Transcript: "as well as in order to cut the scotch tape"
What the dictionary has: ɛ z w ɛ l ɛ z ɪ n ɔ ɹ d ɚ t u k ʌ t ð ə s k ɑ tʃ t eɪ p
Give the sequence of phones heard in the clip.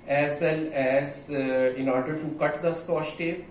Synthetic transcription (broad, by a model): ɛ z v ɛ l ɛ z ɪ n ɔ ɹ d ɚ t u k ʌ t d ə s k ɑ s t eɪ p